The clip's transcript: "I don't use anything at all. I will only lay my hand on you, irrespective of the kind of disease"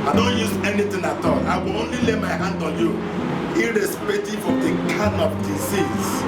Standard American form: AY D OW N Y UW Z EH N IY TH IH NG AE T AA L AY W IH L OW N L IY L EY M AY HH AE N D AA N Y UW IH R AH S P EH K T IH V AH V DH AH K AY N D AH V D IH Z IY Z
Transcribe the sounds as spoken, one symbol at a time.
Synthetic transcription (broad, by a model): AY D OW N Y UW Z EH N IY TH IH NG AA T AA L AY W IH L OW N L IY L EY M AY HH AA N D AA N Y UW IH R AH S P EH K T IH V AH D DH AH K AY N AH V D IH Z IY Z